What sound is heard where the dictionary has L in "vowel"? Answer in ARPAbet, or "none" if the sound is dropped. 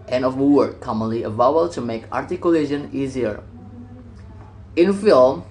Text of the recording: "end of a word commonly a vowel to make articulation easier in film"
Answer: W